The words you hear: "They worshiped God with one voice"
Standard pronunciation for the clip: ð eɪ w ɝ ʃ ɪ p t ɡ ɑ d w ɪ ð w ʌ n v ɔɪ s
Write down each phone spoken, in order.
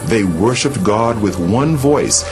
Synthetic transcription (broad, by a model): ð eɪ w ɝ ʃ ɪ p t ɡ ɑ d w ɪ ð w ʌ n v ɔɪ s